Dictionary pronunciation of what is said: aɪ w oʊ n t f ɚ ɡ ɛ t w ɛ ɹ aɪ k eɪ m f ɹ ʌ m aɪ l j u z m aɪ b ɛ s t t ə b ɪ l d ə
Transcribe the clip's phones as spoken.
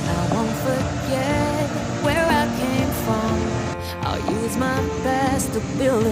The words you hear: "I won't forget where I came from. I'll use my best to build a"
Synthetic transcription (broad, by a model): aɪ w oʊ n t f ɚ ɡ ɛ t w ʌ ɹ aɪ k eɪ m f ɹ ʌ m aɪ l j u z m aɪ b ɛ s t t ə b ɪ l ə